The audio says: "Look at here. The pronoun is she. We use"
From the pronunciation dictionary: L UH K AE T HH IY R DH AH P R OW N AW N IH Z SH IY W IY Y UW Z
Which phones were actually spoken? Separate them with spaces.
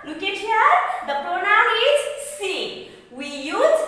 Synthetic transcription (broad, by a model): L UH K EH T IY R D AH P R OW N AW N IH Z S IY W IY Y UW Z